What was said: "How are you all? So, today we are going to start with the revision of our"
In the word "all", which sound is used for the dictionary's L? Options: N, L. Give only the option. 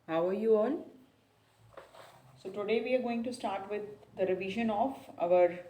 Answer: N